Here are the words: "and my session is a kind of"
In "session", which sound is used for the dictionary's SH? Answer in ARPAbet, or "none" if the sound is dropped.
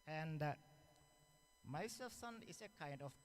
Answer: S